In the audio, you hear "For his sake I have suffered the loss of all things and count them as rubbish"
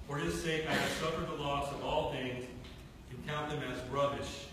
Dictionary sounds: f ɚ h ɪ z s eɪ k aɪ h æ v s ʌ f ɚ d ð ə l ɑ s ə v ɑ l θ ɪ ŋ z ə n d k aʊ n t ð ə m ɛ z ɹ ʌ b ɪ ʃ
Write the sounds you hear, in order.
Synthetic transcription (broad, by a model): f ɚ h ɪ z s eɪ k aɪ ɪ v s ʌ f ɚ d ð ə l ɑ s ə v ɑ l θ ɪ ŋ z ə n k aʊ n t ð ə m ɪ z ɹ ʌ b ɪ ʃ